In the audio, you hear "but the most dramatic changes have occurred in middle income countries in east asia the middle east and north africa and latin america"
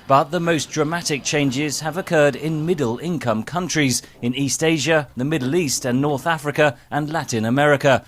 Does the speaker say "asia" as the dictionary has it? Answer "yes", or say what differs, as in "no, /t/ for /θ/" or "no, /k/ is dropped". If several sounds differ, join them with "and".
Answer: yes